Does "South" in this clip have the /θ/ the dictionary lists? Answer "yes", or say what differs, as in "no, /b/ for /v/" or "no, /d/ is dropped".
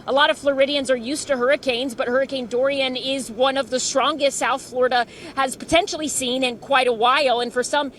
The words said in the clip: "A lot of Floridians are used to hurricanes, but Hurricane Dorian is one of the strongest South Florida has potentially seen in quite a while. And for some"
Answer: yes